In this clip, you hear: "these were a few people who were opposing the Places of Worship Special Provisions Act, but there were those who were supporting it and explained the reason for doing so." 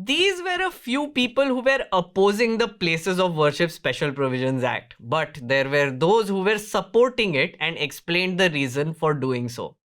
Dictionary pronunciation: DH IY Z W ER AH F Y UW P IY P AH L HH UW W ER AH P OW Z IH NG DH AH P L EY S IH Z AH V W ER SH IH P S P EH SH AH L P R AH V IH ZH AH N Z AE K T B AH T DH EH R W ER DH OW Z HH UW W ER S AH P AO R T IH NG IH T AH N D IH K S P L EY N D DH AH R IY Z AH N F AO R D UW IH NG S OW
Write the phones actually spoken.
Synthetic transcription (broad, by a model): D IY Z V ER AH F Y UW P IY P AH L HH UW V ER AH P OW Z IH NG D AH P L EY S IH Z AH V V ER SH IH P S P EH SH AH L P R AH V IH ZH AH N Z AE K T B AH T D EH R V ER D OW Z HH UW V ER S AH P AO R T IH NG IH T AH N D IH K S P L EY N D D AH R IY Z AH N F AO R D UW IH NG S OW